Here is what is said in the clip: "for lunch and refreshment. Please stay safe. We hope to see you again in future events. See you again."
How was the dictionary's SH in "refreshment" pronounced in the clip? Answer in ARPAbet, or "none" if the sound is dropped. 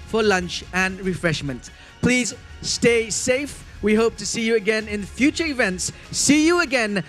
SH